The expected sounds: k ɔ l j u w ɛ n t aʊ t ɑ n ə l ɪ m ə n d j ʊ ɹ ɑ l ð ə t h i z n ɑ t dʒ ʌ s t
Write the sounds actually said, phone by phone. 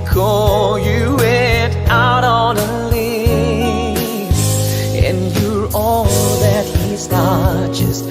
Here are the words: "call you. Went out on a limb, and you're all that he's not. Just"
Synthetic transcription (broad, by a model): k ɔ j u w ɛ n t aʊ t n ə l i ə n j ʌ ɹ ɑ l ð ə t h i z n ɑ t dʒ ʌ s t